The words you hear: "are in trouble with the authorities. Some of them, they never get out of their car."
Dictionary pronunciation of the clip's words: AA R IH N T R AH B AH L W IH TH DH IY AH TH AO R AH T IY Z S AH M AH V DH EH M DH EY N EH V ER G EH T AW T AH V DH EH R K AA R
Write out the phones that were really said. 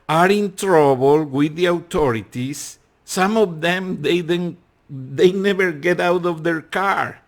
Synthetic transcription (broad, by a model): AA R IH N T R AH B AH L W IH DH IY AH T AO R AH T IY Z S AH M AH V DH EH M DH EY N EH V ER G EH T AW T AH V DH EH R K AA R